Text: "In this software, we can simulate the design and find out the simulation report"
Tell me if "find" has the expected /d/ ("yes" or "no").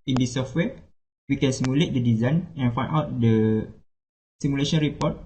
no